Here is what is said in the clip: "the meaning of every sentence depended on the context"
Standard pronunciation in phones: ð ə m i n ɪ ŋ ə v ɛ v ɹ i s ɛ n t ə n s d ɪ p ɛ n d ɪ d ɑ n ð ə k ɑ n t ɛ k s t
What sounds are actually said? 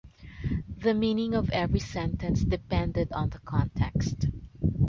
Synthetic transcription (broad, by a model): ð ə m i n ɪ ŋ ə v ɛ v ɹ i s ɛ n t ə n s d ɪ p ɛ n d ɪ d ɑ n ð ə k ɑ n t ɛ k s t